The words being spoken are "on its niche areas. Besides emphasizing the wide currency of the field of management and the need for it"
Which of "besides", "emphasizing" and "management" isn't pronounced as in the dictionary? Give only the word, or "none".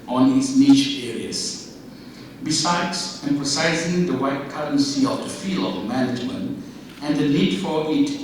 none